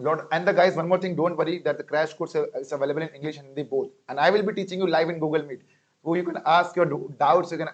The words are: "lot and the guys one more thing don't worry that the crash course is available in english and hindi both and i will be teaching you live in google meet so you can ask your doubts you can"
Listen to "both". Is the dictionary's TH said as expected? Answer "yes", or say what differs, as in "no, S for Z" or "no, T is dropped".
no, T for TH